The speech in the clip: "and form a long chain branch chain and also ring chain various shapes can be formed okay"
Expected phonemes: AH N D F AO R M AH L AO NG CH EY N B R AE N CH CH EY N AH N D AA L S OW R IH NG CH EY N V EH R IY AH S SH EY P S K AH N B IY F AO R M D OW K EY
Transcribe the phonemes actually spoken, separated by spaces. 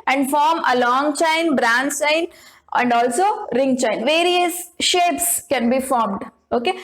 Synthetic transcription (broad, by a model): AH N D F AO R M AH L AO NG CH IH N B R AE N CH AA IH N AH N D AA L S OW R IH NG CH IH N V EH R IY AH S SH EY P S K AH N B IY F AO R M D OW K EY